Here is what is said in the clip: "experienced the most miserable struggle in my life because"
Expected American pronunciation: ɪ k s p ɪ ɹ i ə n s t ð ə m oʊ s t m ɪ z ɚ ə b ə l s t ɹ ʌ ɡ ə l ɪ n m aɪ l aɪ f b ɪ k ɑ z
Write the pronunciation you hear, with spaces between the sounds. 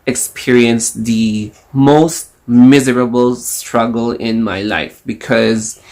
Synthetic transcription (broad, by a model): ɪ k s p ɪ ɹ i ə n s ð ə m oʊ s t m ɪ z ɚ ə b ə l s t ɹ ʌ ɡ ə l ɪ n m aɪ l aɪ f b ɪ k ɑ z